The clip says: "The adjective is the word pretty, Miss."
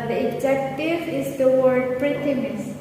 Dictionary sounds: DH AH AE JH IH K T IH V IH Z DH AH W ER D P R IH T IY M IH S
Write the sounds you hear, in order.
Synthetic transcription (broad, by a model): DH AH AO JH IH K T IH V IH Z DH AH W ER D P R IH T IY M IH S